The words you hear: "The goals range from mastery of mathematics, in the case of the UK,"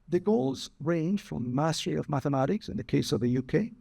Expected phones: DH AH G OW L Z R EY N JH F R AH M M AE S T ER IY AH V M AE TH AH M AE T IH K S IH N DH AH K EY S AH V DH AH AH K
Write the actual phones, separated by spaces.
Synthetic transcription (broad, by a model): DH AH G OW L Z R EY N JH F R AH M M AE S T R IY AH V M AE TH AH M AE T IH K S IH N DH AH K EY S AH V DH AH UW K